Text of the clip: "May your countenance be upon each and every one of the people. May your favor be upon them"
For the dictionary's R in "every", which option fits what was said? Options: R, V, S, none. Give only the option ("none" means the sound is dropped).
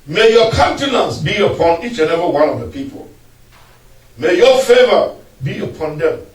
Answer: none